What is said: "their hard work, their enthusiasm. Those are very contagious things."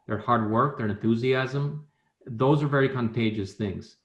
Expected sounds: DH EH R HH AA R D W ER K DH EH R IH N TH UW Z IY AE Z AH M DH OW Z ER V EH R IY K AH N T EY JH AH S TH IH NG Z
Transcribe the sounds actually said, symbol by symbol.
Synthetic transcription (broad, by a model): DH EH R HH AA R D W ER K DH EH R IH N TH UW Z IY AE Z AH M DH OW Z ER V EH R IY K AH N T EY JH AH S TH IH NG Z